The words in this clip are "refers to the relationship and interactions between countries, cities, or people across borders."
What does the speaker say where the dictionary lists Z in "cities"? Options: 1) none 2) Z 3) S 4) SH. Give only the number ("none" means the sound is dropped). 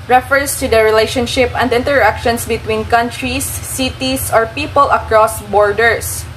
3